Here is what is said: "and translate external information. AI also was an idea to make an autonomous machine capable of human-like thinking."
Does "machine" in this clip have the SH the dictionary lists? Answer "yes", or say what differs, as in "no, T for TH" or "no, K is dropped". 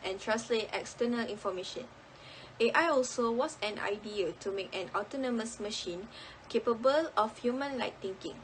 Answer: yes